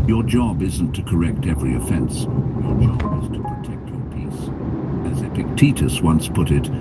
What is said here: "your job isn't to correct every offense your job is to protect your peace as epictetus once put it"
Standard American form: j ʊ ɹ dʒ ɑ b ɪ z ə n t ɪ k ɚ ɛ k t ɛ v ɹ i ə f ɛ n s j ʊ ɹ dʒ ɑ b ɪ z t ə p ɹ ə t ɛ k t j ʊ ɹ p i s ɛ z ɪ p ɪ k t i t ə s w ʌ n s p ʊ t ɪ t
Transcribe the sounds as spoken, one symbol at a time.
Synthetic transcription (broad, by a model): j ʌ ɹ dʒ ɑ b ɪ z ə n t ɪ k ɚ ɛ k t ɛ v ɹ i ə f ɛ n s j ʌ ɹ dʒ ɑ b ɪ z t ə p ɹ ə t ɛ k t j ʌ ɹ p i s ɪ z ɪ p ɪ k t i t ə s w ʌ n s p ʊ t ɪ t